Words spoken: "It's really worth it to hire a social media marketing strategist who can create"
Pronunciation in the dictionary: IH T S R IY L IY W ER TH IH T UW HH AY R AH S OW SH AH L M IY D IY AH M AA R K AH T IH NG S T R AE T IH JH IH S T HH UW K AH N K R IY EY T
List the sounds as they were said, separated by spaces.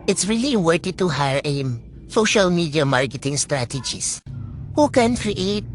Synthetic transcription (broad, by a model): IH T S R IY L IY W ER T IH T UW HH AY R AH S OW SH AH L M IY D IY AH M AA R K AH T IH NG S T R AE T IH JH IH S HH UW K AH N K R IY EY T